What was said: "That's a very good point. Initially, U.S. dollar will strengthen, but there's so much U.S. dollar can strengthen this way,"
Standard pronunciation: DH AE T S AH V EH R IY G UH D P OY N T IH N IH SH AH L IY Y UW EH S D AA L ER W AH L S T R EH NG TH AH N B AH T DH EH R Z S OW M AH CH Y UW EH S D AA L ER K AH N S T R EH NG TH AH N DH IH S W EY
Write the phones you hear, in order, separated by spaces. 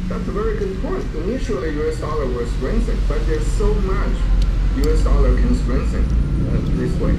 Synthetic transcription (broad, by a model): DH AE T S AH V EH R IY G UH D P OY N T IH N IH SH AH L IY Y UW EH S D AA L ER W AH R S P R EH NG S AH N B AH T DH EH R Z S OW M AH CH Y UW EH S D AA L ER K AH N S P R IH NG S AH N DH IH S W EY